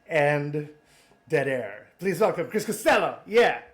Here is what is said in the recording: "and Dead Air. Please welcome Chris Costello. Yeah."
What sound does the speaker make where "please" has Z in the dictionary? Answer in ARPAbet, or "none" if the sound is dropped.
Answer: Z